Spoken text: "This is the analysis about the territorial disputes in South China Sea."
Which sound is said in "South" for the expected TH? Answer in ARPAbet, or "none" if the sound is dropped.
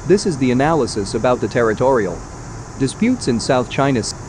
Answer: TH